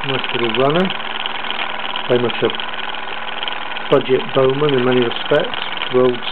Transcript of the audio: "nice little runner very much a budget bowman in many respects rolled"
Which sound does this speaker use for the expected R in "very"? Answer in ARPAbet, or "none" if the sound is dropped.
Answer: none